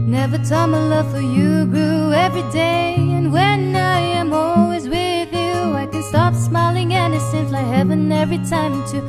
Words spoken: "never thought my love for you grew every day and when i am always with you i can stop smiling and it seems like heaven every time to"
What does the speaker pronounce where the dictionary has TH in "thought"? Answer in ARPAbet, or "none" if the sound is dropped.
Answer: T